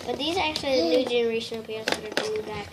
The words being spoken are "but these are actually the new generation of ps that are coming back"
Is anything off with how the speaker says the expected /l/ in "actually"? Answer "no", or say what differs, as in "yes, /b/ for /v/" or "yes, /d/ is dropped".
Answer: no